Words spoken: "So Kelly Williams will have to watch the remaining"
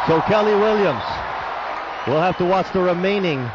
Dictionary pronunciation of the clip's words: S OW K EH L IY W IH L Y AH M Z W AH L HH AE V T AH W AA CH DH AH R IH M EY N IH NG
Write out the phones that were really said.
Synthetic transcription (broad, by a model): S OW K EH L IY W IH L Y AH M Z W AH L HH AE F T AH W AA CH DH AH R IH M EY N IH NG